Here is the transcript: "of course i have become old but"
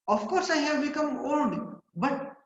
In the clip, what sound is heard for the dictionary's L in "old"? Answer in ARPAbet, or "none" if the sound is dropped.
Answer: N